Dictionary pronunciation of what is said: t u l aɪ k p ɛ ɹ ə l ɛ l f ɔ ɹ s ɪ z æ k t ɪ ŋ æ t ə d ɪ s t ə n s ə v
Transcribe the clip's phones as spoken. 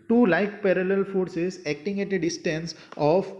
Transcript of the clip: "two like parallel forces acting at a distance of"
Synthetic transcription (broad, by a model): t u l aɪ k p ɛ ɹ ə l ɛ l f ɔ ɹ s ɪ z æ k t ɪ ŋ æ t ə d ɪ s t ə n s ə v